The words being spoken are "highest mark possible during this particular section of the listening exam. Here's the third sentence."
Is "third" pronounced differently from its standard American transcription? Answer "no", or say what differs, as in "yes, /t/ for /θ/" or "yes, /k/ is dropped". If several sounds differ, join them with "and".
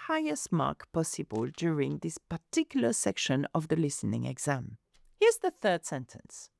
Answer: no